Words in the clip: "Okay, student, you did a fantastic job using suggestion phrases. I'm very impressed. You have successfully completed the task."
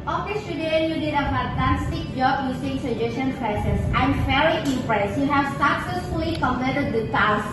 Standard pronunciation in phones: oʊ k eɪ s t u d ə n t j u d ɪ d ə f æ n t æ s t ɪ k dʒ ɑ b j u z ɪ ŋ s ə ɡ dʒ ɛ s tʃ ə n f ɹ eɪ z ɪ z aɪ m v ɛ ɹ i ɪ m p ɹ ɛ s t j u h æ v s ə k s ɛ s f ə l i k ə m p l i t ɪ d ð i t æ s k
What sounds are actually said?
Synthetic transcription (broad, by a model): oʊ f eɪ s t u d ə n j u d ɪ d ə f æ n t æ s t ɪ k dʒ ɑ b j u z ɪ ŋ s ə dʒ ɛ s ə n p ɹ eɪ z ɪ s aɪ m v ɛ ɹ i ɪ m p ɹ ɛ s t j u h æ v s ə k s ɛ s f ə l i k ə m l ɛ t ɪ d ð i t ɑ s